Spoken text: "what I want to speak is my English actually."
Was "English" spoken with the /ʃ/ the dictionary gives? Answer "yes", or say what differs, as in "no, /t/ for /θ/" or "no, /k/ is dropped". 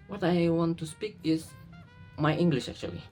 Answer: yes